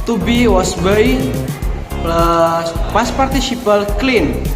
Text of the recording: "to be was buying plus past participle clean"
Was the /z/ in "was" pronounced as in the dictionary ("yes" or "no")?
no